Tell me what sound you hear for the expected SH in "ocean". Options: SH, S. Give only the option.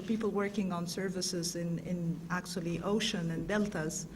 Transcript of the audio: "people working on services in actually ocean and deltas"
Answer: SH